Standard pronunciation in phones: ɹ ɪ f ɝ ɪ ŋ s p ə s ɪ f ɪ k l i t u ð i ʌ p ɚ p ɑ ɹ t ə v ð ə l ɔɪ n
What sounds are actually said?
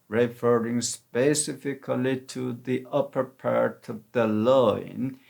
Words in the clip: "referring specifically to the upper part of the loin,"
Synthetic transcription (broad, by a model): ɹ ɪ f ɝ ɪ ŋ s p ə s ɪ f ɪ k l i t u ð i ʌ p ɚ p ɑ ɹ t ə v ð ə l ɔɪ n